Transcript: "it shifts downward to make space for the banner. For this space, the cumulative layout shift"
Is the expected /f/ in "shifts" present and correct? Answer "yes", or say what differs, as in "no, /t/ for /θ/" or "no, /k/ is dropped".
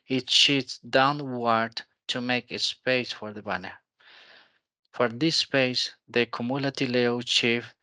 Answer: no, /f/ is dropped